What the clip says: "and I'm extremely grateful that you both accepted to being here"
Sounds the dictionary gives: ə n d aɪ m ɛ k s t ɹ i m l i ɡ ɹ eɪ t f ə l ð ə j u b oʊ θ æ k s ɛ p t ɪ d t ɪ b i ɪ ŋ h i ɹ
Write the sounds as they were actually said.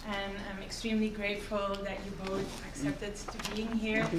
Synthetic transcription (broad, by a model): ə n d aɪ m ɛ k s t ɹ i m l i ɡ ɹ eɪ t f ə l ð ə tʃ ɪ b oʊ θ æ k s ɛ p t ɪ d t ɪ b i ɪ ŋ h i ɹ